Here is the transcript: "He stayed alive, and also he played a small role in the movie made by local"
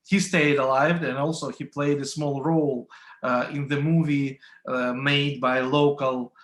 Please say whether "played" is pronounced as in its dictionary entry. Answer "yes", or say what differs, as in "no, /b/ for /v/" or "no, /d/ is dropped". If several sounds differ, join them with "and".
yes